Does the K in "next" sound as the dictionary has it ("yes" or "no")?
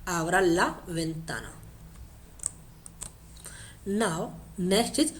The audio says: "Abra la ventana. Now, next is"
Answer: no